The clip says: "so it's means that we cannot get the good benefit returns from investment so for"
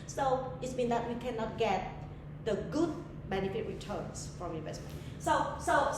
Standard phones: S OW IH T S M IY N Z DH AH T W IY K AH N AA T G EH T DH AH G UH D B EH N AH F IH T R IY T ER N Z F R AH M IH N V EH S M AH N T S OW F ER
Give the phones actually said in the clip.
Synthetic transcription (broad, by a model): S OW IH T S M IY N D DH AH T W IY K AH N AA T G EH T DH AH G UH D B EH N AH F IH T R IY T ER N S F R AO M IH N V EH S M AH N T S OW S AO